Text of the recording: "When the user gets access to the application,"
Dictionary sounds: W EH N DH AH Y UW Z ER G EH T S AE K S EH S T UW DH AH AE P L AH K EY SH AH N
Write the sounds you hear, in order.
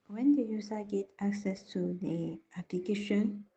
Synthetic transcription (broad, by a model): W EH N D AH Y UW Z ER G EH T AE K S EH S T UW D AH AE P L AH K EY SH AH N